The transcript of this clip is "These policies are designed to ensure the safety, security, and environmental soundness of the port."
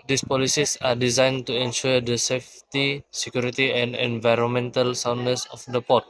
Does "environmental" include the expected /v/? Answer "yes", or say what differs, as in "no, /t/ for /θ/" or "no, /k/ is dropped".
yes